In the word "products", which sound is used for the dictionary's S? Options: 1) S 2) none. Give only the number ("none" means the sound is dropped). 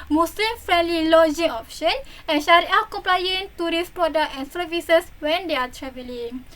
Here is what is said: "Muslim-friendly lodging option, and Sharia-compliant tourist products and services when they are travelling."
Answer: 2